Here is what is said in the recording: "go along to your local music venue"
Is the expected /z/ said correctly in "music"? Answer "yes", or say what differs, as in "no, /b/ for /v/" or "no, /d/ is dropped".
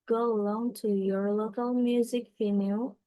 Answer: yes